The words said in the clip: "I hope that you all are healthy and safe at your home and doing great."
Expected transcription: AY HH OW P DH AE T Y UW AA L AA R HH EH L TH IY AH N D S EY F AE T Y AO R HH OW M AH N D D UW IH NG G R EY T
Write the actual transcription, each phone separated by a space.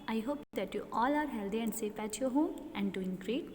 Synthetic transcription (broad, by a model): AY HH OW P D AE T Y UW AA L AA R HH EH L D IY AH N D S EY P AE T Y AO HH OW M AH N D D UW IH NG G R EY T